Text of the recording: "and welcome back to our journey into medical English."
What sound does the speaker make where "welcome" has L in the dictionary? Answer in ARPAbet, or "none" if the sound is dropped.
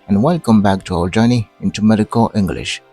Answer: L